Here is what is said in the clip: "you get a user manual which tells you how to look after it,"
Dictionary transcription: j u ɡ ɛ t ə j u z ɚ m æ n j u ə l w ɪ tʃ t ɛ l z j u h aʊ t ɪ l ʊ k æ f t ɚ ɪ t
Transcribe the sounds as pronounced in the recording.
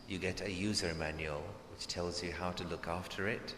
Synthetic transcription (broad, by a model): j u ɡ ɛ t ə j u z ɚ m æ n j u ə l w ɪ tʃ t ɛ l z j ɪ h aʊ t ɪ l ʊ k æ f t ɚ ɪ t